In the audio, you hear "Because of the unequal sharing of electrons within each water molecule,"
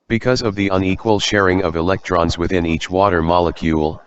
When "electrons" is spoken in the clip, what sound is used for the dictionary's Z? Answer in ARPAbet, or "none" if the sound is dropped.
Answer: Z